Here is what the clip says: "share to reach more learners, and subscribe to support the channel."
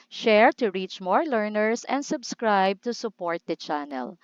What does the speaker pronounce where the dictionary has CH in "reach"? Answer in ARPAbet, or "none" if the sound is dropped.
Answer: CH